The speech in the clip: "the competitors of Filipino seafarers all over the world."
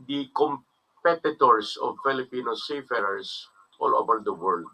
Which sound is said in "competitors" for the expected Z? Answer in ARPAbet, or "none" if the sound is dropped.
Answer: S